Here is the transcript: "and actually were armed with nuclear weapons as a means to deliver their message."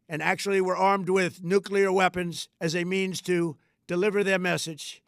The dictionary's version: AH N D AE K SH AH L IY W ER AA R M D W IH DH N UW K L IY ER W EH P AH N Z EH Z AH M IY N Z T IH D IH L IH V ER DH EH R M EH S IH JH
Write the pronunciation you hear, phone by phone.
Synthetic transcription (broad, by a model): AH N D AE K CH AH L IY W ER AA R M D W IH DH N UW K L IY ER W EH P AH N Z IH Z AH M IY N Z T IH D IH L IH V ER DH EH R M EH S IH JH